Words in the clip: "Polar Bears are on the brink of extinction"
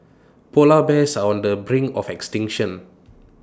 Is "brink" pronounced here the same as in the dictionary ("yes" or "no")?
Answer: no